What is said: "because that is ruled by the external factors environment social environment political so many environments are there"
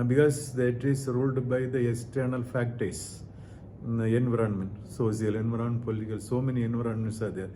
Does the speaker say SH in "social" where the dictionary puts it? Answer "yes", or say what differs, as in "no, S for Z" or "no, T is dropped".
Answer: no, S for SH